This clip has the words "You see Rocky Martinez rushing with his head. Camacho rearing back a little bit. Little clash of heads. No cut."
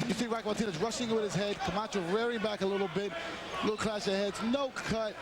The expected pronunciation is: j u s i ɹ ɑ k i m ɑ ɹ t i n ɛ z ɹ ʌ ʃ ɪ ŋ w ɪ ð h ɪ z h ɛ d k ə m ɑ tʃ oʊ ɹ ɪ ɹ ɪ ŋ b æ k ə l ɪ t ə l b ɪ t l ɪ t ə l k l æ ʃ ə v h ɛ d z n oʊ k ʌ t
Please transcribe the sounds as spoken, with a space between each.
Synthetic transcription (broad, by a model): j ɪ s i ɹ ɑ i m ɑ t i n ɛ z ɹ ʌ ʃ ɪ ŋ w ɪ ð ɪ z h ɛ d k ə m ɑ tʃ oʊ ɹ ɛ ɹ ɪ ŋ b æ k ə l ɪ t l b ɪ t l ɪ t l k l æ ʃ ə h ɛ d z n oʊ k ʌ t